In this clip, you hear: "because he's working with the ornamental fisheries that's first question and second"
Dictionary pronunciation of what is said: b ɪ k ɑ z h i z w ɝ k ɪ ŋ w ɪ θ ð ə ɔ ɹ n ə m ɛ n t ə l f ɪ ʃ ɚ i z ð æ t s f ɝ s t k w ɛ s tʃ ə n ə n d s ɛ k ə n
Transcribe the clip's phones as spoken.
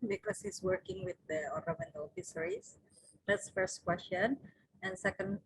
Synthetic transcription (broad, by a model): b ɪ k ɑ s h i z w ɝ k ɪ ŋ w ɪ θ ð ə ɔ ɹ ə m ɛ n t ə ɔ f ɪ s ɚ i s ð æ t s f ɝ s t k w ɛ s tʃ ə n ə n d s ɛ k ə n